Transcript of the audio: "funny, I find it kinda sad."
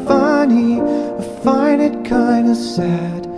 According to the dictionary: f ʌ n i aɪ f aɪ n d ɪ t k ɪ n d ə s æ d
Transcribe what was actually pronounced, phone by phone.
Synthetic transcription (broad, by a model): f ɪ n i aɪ f aɪ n ɪ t k ɪ n d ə s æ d